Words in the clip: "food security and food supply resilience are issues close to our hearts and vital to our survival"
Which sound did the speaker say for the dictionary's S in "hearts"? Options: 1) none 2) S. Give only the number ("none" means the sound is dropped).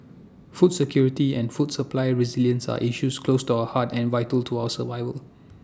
1